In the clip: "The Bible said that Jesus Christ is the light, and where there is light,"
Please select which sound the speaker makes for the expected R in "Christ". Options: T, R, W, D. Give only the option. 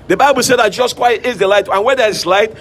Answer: W